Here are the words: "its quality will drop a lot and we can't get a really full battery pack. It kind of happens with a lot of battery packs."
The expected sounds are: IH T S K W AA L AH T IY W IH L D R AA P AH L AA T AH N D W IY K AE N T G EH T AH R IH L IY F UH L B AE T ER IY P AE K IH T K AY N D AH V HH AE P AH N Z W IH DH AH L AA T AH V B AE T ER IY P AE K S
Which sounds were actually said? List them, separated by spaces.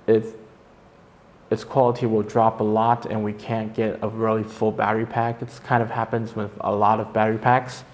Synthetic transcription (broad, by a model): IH T S K W AA L AH T IY W IH L D R AA P AH L AA T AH N W IY K AE N G EH T AH R IH L IY F UH L B AE T ER IY P AE K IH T K AY N D AH V HH AE P AH N Z W IH DH AH L AA T AH V B AE T ER IY P AE K S